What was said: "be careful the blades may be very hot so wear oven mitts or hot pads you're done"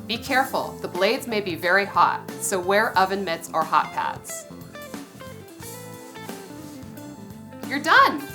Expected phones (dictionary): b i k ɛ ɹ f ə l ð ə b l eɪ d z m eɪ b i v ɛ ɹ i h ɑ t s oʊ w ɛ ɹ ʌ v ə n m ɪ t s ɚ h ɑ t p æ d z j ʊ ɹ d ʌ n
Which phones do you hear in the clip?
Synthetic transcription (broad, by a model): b i k ɛ ɹ f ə l ð ə b l eɪ d z m eɪ b i v ɛ ɹ i h ɑ t s oʊ w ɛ ɹ ʌ v ə n m ɪ t s ɚ h ɑ t p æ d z j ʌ ɹ d ʌ n